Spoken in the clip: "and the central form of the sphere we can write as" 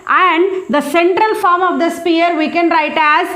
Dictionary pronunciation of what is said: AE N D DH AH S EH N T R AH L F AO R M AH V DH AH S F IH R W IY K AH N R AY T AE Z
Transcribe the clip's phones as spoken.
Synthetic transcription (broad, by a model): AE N D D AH S EH N T R AH L F AO R M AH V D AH S P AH R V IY K AH N R AY T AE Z